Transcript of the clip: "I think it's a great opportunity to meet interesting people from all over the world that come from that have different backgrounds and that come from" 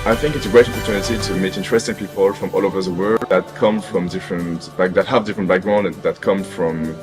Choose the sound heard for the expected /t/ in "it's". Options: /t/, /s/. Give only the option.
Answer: /t/